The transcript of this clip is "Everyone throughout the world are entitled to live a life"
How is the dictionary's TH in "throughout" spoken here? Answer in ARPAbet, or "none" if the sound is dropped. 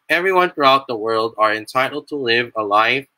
TH